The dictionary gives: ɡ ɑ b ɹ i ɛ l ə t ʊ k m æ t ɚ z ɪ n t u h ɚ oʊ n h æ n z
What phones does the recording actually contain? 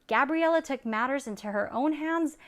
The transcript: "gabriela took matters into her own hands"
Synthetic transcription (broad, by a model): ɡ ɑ b ɹ i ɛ l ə t ʊ k m æ t ɚ z ɪ n t u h ɚ oʊ n h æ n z